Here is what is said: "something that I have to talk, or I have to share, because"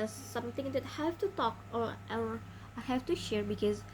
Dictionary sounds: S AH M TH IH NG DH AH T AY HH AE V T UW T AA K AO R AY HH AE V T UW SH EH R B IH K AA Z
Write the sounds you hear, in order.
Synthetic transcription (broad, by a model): S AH M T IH NG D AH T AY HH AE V T UW T AA K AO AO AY HH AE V T UW SH EH R B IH K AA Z